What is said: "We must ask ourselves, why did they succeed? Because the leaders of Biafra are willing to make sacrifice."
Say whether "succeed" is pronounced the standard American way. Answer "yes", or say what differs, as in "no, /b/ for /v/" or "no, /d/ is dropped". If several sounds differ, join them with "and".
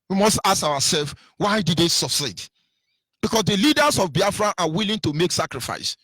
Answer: no, /k/ is dropped